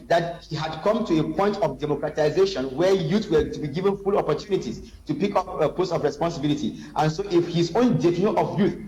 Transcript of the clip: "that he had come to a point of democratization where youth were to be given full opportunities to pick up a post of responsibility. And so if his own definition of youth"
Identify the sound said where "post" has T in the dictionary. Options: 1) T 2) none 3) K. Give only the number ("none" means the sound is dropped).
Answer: 2